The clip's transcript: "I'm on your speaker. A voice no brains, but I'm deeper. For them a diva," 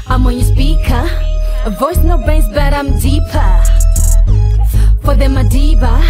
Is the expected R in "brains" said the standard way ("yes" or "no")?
no